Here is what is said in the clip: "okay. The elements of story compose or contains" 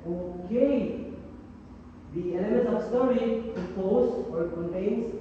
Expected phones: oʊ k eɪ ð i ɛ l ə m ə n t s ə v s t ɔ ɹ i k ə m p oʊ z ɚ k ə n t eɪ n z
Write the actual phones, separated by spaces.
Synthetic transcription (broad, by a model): oʊ k eɪ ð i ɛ n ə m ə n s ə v s t ɔ ɹ i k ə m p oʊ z ɚ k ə n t eɪ n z